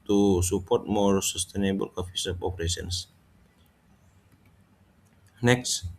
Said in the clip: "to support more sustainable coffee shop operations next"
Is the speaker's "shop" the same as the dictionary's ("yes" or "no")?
no